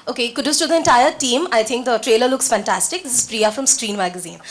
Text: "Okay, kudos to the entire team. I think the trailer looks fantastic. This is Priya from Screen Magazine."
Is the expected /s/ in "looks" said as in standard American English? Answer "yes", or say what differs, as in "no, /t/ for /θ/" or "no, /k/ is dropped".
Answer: yes